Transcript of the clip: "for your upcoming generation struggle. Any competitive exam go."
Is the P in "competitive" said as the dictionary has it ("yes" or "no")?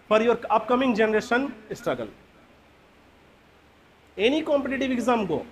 yes